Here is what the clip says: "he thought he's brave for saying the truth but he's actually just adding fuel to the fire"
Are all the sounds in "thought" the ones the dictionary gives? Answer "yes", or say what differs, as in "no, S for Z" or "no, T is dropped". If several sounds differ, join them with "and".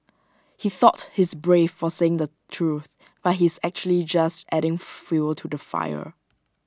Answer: yes